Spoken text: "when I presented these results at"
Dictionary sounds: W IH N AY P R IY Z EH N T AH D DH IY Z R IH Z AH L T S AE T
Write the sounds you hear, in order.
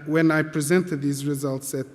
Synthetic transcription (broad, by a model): W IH N AY P R IY Z EH N T AH D DH IY Z R IH Z AH L T S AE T